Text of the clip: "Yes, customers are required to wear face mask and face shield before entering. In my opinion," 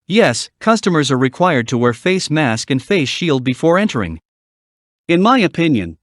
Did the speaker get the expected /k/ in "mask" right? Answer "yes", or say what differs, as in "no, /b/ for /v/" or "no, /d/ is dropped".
yes